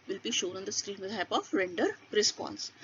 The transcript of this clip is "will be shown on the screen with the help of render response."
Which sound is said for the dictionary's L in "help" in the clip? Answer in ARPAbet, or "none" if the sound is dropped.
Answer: none